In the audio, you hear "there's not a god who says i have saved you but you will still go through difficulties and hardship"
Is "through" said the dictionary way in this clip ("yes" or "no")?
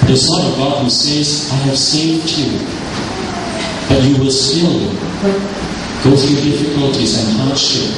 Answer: yes